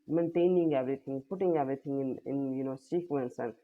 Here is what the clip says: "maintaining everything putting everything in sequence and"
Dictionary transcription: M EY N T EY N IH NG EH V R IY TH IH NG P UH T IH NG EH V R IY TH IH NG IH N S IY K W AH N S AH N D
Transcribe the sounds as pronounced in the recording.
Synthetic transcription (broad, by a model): M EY N T EY N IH NG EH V R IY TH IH NG P UH T IH NG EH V R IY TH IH NG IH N S IY K W AH N S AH N